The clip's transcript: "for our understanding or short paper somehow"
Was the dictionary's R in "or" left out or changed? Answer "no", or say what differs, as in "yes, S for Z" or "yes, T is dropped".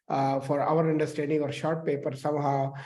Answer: no